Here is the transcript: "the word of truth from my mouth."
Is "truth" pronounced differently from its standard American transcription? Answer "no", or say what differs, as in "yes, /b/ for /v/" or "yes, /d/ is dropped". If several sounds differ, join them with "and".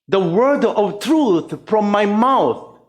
no